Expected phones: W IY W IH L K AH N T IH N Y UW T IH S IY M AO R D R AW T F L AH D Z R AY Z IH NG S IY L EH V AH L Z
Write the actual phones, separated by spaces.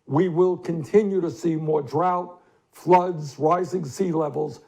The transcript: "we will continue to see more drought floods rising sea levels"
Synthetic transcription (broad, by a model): W IY W IH L K AH N T IH N Y UW T IH S IY M AO R D R AW T F L AH D Z R AY Z IH NG S IY L EH V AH L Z